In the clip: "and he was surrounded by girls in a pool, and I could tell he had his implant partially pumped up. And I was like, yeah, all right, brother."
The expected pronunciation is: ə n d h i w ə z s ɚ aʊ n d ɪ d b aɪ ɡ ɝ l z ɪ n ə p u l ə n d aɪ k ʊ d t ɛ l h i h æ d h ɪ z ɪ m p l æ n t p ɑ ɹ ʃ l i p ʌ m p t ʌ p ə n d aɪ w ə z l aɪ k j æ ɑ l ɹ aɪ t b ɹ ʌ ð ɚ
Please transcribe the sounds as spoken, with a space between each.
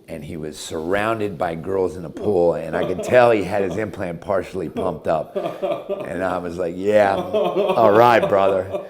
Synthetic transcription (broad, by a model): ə n i w ə z s ɚ aʊ n d ɪ d b aɪ ɡ ɝ l z ɪ n ə p u l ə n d aɪ k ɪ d t ɛ l i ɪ d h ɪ z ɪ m p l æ n p ɑ ɹ ʃ l i p ʌ m p t ʌ p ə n aɪ w ə z l aɪ k j æ ɑ l ɹ aɪ t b ɹ ʌ ð ɚ